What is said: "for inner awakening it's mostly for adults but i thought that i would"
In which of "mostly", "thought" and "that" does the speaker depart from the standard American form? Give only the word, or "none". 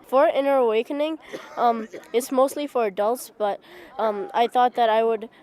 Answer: none